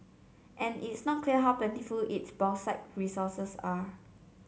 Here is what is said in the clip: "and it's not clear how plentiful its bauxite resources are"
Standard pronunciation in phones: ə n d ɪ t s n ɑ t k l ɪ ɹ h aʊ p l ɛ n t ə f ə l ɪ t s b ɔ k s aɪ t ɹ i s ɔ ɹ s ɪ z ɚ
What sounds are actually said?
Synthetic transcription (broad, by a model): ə n ɪ t s n ɑ t k l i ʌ h aʊ p l ɛ n t ə f ə l ɪ t s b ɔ s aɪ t ɹ i s ɔ s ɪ s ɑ